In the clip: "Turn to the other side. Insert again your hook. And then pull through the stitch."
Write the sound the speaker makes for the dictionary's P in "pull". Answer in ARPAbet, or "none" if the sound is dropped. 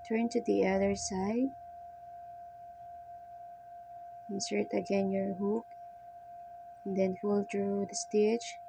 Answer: F